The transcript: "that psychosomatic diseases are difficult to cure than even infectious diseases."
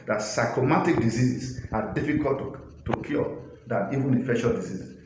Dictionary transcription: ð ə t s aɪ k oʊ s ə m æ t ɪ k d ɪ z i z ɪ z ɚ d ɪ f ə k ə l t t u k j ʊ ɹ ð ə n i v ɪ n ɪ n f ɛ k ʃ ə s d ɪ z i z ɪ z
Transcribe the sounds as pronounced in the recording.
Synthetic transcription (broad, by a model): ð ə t s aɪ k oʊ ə m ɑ t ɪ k d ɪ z i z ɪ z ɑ d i f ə k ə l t t u k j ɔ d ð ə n i v ɪ n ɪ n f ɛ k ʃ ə d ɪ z i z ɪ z